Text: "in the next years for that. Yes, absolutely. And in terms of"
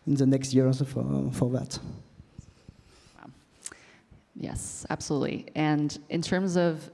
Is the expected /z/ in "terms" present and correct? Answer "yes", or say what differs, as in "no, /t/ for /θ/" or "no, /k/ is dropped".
yes